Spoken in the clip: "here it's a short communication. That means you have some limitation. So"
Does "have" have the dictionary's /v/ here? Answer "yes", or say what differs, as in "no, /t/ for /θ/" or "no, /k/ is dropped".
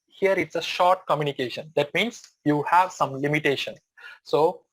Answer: yes